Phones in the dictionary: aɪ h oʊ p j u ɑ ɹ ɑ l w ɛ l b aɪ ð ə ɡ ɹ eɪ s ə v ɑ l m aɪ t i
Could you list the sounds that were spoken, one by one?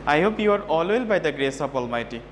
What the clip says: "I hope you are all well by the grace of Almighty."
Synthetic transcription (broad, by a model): aɪ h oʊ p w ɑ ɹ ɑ l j l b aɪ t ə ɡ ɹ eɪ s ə p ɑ l m aɪ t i